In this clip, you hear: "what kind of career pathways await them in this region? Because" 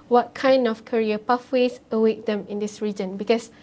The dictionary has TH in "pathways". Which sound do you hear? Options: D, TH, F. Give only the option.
F